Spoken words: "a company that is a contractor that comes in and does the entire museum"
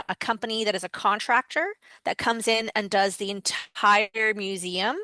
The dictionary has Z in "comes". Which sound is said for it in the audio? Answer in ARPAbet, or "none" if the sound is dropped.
Z